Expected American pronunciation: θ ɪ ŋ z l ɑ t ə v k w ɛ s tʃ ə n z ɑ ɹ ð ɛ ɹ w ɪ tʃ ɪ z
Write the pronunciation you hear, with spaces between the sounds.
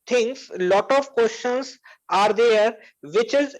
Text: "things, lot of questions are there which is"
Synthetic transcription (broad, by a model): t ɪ ŋ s l ɑ t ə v k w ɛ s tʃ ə n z ɑ ɹ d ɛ ɹ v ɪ tʃ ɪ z